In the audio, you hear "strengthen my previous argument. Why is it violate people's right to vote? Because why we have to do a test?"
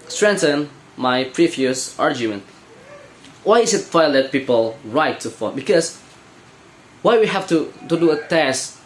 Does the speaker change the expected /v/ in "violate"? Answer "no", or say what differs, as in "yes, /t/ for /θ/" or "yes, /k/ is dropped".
yes, /f/ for /v/